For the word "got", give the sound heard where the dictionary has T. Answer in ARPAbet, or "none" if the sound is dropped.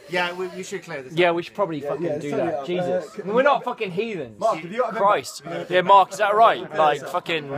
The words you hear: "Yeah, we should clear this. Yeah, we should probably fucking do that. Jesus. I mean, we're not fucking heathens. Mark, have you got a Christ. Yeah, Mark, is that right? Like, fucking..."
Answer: none